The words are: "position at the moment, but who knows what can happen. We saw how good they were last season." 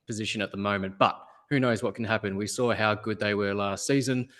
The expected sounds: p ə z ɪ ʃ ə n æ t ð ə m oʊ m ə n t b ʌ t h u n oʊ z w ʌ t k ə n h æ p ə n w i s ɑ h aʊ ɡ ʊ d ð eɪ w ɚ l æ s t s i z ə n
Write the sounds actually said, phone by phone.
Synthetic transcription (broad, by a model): p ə z ɪ ʃ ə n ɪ t ð ə m oʊ m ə n b ʌ t h u n oʊ z w ʌ t k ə n h æ p ə n w i s ɑ h aʊ ɡ ʊ d ð eɪ w ɚ l æ s t s i z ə n